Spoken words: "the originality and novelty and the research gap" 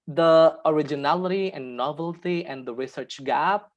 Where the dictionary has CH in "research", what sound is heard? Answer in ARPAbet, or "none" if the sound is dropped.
CH